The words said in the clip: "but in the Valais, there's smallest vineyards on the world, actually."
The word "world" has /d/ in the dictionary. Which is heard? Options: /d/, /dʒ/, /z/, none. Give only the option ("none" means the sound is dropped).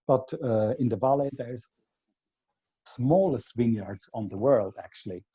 /d/